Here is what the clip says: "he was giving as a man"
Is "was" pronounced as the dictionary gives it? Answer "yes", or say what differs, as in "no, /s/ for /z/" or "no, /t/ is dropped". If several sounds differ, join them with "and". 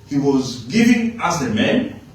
yes